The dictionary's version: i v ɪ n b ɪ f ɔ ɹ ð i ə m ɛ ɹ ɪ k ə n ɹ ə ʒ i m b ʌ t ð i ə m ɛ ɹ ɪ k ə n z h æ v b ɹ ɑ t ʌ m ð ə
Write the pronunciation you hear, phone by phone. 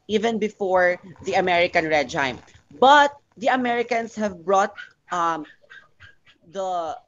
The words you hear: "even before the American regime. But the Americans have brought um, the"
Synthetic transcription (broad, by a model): i v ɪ n b ɪ f ɔ ɹ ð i ə m ɛ ɹ ɪ k ə n ɹ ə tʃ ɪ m b ʌ t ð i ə m ɛ ɹ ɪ k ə n s h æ v b ɹ ɑ t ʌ m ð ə